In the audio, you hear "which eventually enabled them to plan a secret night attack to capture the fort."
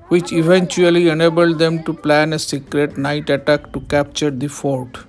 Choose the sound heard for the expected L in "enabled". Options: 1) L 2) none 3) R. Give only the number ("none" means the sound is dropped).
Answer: 1